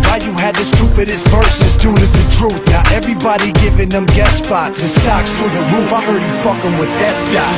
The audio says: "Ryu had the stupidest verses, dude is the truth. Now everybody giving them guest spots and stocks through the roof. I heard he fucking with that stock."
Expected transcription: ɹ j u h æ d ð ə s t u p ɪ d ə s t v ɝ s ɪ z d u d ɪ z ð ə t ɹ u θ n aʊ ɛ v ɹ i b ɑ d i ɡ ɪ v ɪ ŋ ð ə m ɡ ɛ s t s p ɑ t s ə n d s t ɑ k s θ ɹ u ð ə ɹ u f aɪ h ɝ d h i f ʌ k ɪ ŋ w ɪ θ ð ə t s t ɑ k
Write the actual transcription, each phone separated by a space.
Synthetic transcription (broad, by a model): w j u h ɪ d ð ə s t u p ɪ d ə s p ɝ s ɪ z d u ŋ ɪ z ð ə t ɹ u θ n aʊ ɛ v ɹ i b ɑ d i ɡ ɪ v ɪ ŋ ð ə m ɡ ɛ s s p ɑ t ə s t ɑ k s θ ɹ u ð ə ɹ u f aɪ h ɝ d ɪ f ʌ k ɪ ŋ w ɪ ð ə t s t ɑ